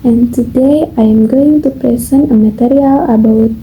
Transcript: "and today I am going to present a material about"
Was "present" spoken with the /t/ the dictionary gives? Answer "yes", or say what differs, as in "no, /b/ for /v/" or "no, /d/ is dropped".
no, /t/ is dropped